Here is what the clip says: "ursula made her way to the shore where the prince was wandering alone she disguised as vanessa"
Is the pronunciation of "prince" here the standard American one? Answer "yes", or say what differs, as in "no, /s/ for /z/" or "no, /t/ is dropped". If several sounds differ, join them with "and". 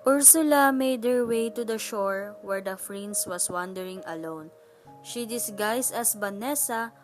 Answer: no, /f/ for /p/